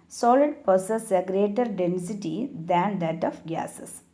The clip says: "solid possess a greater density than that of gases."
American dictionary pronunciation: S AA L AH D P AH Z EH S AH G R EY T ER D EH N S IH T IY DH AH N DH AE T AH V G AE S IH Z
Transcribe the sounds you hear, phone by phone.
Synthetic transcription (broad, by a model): S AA L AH D P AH S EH S AH G R EY T ER D EH N S IH T IY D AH N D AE T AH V G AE S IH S